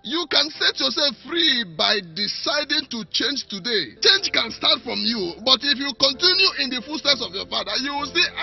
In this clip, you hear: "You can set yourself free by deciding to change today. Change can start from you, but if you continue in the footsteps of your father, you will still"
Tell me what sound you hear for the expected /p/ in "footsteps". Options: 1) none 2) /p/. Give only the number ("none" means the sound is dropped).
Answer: 1